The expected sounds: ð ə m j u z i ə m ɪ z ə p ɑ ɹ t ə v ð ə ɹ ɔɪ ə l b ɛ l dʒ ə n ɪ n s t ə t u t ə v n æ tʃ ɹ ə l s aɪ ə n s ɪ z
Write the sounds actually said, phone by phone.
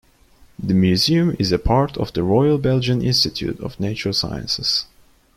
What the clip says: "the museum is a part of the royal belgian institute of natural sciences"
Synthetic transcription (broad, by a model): ð ə m j u z i ə m ɪ z ə p ɑ ɹ t ə v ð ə ɹ ɔɪ ə l b ɛ l dʒ ə n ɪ n s t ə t u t ə v n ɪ tʃ ə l s aɪ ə n s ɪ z